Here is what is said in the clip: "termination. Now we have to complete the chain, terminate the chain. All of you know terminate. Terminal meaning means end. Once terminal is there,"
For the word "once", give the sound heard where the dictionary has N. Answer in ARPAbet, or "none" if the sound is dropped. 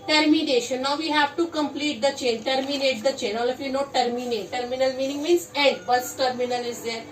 none